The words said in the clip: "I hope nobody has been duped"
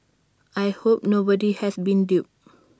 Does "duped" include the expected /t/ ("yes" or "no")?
no